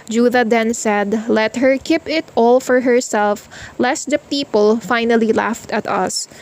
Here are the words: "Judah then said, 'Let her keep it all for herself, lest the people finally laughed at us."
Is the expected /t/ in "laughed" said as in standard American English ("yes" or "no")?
yes